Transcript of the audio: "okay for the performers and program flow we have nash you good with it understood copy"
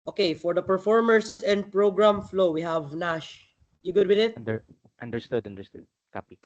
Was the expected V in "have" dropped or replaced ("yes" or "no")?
no